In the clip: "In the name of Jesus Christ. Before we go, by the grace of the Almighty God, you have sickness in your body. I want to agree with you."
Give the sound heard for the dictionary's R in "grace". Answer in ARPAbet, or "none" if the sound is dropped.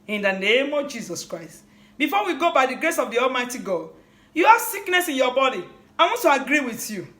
R